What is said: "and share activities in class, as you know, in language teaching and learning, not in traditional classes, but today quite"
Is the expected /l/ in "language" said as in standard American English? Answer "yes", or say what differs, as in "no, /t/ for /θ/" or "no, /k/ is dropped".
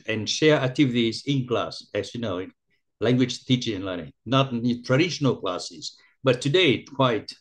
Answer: yes